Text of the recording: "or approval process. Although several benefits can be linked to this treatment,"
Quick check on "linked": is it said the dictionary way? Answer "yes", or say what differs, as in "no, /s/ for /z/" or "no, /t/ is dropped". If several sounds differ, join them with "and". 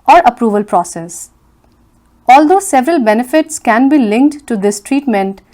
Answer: yes